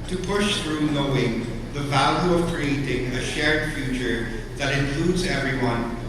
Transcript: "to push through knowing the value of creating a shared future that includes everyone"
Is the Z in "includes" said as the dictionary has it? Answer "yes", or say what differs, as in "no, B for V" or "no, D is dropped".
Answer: yes